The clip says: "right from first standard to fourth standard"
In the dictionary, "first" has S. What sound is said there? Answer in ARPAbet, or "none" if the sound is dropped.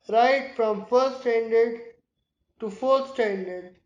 none